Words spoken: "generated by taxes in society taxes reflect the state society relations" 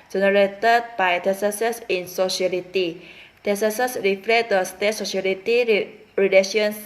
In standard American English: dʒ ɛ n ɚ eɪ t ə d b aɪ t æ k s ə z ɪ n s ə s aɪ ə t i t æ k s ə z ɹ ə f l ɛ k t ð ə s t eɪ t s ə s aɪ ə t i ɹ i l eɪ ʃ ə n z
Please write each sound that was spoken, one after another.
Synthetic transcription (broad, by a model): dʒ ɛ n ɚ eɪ t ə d b aɪ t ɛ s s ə s ɪ n s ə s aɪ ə t i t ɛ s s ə s ɹ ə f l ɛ t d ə s t eɪ t s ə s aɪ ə t i ɹ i l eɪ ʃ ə n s